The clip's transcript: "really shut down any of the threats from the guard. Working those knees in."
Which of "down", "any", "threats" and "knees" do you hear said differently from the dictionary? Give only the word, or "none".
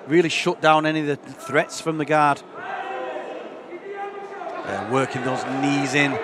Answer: none